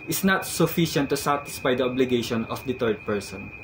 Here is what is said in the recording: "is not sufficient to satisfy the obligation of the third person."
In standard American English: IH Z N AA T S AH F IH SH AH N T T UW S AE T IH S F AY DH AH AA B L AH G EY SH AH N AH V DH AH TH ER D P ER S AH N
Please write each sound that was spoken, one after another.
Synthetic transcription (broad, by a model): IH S N AA T S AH F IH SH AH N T T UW S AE T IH S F AY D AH AA B L AH G EY SH AH N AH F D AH T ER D P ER S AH N